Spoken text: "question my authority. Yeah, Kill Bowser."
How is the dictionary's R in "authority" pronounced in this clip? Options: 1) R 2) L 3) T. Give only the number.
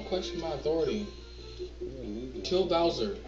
1